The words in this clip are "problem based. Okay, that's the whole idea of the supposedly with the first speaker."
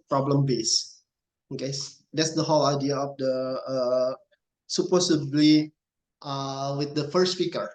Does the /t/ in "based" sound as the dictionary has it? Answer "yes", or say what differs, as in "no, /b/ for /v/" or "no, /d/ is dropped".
no, /t/ is dropped